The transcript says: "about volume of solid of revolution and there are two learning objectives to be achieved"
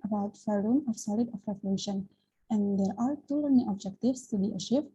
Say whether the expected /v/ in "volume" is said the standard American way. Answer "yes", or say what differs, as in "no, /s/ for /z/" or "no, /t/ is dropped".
no, /f/ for /v/